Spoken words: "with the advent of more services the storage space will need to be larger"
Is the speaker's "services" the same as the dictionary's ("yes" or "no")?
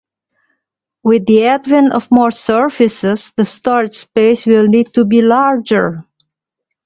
no